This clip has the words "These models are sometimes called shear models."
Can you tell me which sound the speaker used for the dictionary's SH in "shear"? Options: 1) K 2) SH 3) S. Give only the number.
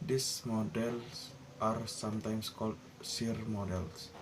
3